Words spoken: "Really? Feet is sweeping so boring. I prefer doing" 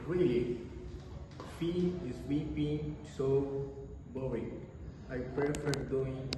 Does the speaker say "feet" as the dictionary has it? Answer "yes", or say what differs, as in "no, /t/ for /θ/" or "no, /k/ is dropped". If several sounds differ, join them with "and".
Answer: no, /t/ is dropped